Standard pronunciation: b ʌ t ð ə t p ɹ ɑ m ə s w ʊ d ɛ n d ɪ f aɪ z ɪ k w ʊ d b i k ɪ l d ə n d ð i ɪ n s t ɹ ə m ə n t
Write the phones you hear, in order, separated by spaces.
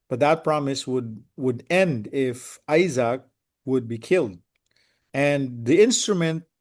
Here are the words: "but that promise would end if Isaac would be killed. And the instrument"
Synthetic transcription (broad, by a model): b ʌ t ð ə t p ɹ ɑ m ə s w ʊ d ɛ n d ɪ f aɪ z ɪ k w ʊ d b i k ɪ l d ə n ð i ɪ n s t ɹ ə m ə n t